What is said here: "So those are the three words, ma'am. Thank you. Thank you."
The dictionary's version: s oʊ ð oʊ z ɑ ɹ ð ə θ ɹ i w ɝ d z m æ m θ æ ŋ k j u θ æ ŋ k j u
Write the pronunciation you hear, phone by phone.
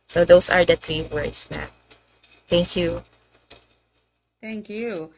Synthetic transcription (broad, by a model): s oʊ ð oʊ s ɑ ɹ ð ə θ ɹ i w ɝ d s m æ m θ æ ŋ k j u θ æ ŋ k j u